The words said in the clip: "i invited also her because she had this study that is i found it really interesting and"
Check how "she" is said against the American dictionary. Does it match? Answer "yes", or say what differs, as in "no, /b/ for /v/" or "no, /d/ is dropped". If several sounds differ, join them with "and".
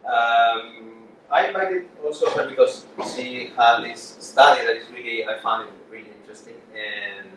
no, /s/ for /ʃ/